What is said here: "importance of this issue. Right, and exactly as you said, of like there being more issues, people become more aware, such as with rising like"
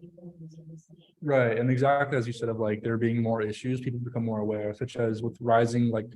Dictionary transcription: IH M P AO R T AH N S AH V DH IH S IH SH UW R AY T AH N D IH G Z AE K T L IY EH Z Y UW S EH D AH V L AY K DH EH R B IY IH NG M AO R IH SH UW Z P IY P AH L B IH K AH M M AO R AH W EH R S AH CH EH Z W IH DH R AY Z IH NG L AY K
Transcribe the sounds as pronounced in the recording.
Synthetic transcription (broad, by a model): R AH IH IH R T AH N IH G Z AE K T L IY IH Z Y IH S EH D AH V L AY K DH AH R B IY IH NG M AO R IH SH UW Z P IY P L B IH K AH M M AO R AH W EH R S AH CH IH Z W IH DH R AY Z IH NG L AY K